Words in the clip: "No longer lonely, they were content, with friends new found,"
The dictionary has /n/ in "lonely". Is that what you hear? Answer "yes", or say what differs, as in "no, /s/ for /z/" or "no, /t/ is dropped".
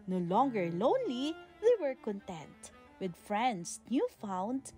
yes